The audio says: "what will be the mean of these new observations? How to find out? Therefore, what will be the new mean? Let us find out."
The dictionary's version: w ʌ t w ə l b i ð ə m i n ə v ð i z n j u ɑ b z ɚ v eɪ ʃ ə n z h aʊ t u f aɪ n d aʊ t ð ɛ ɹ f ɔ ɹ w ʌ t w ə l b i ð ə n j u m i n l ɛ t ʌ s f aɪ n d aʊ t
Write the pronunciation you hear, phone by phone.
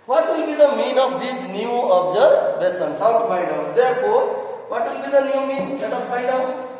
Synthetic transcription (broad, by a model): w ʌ t w ə l b i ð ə m i n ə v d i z n j u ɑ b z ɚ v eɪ s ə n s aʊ t u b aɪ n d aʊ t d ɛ ɹ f ɔ ɹ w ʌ t w ə l b i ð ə n j u m i n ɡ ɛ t ʌ s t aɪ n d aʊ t